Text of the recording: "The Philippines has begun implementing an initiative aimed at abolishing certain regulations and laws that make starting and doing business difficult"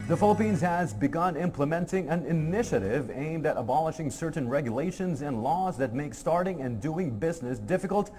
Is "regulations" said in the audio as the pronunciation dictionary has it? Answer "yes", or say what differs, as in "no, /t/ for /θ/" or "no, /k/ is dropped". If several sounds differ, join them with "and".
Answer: yes